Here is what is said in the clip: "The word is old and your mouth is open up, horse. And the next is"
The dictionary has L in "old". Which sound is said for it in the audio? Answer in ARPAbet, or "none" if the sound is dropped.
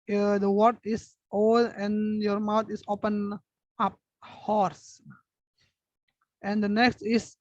none